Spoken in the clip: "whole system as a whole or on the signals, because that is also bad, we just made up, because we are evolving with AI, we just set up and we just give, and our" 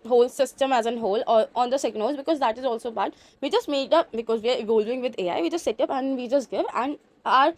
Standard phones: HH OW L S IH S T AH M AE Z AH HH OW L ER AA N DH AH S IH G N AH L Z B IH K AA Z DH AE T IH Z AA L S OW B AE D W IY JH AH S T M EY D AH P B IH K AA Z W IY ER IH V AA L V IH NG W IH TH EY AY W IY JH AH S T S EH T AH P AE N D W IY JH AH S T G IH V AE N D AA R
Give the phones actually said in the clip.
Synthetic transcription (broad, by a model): HH OW L S IH S T AH M AE Z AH HH OW L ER AA N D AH S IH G N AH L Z B IH K AA Z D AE T IH Z AA L S OW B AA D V IY JH AH S T M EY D AH P B IH K AA Z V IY ER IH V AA L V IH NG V IH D EY AY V IY JH AH S T S EH T AH P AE N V IY JH AH S T G IH V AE N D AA R